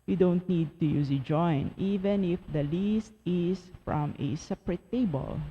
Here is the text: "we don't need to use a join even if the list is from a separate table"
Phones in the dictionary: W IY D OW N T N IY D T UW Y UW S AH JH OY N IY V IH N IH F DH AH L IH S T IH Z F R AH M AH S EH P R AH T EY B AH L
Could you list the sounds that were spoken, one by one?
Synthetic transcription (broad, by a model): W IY D OW N T N IY D T UW Y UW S AH JH OY N IY V IH N IH F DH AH L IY S T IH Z F R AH M AH S EH P R AH T EY B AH L